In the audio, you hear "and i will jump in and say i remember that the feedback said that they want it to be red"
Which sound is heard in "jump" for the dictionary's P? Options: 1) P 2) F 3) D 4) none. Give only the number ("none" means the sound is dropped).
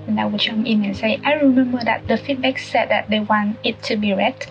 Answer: 4